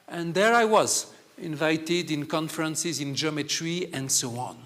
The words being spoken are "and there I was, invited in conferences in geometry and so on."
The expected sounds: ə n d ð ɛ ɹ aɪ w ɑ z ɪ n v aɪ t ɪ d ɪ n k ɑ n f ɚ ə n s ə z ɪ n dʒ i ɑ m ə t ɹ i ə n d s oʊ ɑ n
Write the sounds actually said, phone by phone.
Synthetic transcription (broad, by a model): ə n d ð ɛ ɹ aɪ w ɑ z ɪ n v aɪ t ɪ d ɪ n k ɑ n f ɚ ə n s ə z ɪ n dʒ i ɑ m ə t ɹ i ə n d s oʊ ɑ n